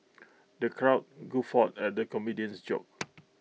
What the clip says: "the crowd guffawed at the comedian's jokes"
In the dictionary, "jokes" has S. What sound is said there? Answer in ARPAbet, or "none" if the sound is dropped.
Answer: none